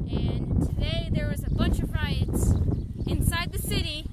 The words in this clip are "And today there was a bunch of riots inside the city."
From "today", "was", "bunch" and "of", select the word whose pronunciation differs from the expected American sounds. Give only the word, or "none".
none